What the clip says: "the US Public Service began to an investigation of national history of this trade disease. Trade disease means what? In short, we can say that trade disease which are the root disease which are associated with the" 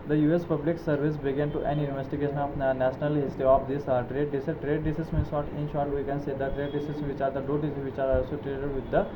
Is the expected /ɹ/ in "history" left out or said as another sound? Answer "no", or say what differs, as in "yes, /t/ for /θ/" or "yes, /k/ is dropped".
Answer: yes, /ɹ/ is dropped